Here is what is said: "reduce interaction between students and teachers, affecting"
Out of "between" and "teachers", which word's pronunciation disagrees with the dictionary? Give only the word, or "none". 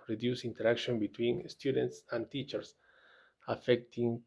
teachers